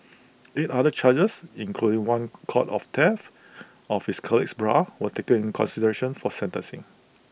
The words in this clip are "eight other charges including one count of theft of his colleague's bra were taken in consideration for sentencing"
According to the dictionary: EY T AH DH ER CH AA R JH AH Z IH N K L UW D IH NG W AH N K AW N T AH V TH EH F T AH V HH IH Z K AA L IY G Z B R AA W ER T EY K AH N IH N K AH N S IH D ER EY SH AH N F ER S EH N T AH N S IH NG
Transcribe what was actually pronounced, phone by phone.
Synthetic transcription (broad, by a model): EY T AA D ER CH AA JH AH S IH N K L UW D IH NG W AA N K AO T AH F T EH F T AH F HH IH S K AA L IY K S B R AA W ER T EY K AH N IH N K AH N S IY D ER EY SH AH N F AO S EH N T AH N S IH NG